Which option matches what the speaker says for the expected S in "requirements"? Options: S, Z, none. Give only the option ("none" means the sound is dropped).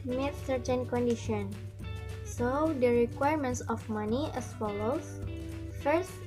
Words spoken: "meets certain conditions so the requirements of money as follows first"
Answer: S